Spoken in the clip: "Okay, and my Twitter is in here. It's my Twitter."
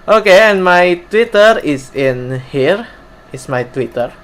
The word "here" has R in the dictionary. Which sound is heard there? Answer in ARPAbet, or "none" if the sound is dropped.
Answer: R